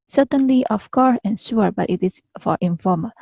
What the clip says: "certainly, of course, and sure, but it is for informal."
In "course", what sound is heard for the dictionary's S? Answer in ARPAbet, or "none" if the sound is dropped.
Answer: none